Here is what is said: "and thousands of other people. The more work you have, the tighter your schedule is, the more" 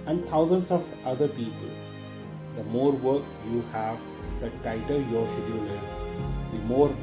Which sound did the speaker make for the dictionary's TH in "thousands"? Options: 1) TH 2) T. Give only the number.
2